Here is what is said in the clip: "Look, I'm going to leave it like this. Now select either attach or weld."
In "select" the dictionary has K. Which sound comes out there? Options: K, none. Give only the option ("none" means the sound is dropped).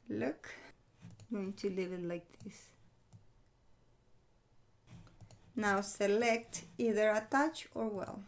K